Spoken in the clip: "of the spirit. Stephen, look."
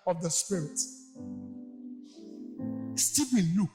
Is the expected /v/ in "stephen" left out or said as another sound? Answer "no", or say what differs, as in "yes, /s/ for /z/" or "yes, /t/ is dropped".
yes, /b/ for /v/